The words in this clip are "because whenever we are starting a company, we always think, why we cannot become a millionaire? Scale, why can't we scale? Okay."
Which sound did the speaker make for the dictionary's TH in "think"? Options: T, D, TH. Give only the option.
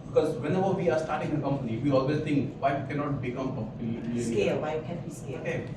T